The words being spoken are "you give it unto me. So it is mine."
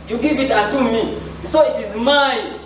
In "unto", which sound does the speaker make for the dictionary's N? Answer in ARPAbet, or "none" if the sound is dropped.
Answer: none